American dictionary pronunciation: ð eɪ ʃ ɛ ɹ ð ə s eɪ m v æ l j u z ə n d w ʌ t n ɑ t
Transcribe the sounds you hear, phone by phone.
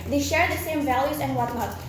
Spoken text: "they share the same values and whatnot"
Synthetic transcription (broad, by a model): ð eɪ ʃ ɛ ɹ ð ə s eɪ m v æ l j u z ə n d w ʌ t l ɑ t